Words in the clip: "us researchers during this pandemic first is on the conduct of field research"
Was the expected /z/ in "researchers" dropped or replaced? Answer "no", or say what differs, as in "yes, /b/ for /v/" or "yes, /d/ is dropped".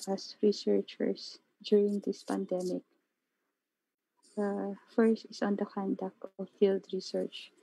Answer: yes, /s/ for /z/